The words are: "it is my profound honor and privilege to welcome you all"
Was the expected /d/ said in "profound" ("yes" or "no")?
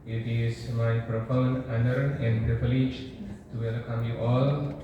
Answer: no